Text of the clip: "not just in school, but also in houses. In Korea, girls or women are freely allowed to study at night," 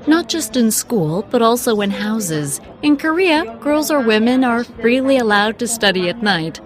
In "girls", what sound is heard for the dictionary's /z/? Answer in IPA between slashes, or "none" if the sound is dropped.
/z/